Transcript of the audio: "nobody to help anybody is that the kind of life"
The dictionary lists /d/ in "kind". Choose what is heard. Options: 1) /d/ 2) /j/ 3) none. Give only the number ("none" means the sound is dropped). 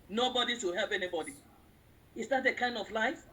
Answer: 1